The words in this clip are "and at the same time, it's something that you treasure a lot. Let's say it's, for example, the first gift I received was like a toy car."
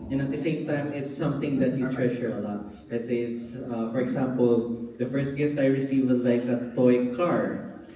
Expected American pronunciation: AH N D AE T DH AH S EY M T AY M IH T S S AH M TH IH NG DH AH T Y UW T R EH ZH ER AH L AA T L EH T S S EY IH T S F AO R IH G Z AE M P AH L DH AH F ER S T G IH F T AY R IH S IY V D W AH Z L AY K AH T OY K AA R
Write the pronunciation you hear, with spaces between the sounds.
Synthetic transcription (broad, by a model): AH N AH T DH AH S EY M T AY M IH T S S AH M TH IH NG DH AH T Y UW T R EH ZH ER AH L AA T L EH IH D S EY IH T S F AO R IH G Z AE M P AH L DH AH F ER S T G IH F T AY R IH S IY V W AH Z L AY K AH T OY K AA R